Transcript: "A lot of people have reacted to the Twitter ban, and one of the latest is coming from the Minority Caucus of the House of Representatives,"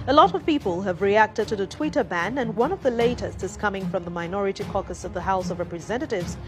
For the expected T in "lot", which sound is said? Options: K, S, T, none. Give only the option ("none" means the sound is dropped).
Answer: T